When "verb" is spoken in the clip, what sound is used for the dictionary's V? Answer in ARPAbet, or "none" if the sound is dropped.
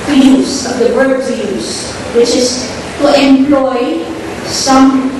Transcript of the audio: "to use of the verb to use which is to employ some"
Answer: W